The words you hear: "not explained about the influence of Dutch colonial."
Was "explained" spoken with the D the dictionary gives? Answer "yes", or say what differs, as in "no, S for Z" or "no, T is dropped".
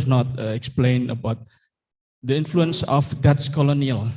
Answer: no, D is dropped